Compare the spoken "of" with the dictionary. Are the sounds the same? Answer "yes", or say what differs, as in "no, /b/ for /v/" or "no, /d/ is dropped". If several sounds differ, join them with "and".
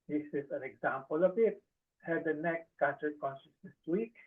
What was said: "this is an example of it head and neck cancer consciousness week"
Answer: no, /b/ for /v/